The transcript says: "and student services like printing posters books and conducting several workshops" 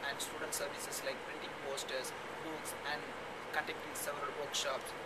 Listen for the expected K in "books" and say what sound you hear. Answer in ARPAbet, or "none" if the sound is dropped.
none